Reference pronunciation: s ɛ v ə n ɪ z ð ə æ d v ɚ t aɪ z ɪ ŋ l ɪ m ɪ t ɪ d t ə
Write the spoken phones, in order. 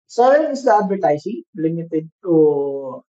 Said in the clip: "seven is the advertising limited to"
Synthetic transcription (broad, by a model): s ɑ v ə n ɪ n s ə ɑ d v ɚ t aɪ s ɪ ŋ l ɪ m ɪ t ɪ d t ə